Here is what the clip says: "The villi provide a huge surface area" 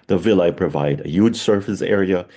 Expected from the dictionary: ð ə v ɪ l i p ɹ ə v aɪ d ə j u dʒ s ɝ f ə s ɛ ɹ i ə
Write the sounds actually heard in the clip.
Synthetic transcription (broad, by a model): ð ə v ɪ l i p ɹ ə v aɪ d ə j u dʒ s ɝ f ə s ɛ ɹ i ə